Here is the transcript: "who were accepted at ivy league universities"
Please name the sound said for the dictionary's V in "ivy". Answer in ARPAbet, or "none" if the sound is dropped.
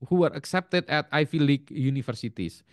F